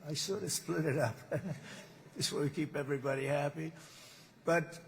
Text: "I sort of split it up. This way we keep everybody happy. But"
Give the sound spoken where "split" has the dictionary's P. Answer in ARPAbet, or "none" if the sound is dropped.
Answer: P